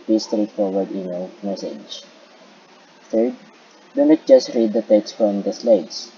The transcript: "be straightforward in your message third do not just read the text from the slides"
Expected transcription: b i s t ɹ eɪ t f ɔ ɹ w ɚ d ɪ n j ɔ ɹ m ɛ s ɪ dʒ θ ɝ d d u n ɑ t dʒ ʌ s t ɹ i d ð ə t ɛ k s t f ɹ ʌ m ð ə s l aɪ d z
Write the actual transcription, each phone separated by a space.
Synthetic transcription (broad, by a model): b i s t ɹ eɪ t f ɔ ɹ w ɚ d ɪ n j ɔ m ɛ s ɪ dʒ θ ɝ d d u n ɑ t dʒ ʌ s t ɹ i d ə t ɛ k s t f ɹ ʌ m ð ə s l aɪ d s